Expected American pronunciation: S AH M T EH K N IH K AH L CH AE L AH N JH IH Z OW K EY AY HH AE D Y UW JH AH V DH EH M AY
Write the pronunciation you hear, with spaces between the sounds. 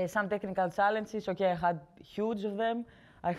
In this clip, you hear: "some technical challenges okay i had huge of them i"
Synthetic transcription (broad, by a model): S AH M T EH K N IH K AH L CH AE L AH N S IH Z OW K EY AY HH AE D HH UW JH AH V DH EH M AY